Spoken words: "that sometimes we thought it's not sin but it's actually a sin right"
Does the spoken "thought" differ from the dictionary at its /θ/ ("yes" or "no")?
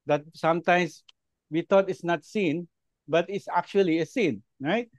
yes